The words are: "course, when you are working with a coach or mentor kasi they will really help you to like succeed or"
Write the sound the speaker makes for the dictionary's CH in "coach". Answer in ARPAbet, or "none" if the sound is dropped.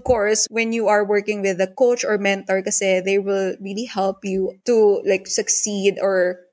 CH